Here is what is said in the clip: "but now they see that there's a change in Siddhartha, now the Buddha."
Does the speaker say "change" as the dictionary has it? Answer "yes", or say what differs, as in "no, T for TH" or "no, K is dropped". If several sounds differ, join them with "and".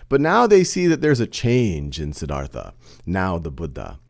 yes